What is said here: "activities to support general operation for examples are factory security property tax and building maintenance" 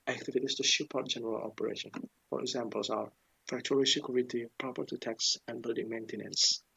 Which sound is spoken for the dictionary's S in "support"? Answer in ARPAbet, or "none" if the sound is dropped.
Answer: SH